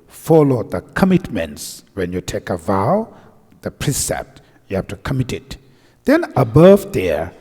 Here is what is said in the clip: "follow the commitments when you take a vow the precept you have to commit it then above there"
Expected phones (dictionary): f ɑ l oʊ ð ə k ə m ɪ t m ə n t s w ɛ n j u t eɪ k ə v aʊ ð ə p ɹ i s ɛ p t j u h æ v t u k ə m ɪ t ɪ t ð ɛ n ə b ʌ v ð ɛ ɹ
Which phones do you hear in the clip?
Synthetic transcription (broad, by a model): f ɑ l oʊ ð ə k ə m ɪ t m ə n t s w ɛ n j u t eɪ k ə v aʊ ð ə p ɹ i s ɛ p t j u h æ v t u k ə m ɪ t ɪ t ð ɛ n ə b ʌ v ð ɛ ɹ